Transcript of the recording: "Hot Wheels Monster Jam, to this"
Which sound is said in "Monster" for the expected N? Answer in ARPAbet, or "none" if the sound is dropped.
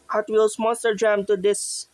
none